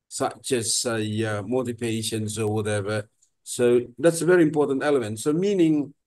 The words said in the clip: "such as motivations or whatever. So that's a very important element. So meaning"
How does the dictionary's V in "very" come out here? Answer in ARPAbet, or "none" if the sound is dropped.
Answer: V